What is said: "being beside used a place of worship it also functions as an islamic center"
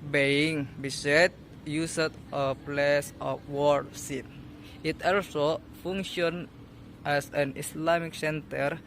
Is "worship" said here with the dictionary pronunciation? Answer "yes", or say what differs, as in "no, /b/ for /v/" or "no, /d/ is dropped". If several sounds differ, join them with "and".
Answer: no, /s/ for /ʃ/